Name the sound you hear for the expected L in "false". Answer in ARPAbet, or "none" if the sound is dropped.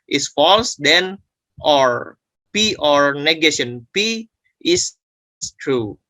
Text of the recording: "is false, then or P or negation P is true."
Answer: L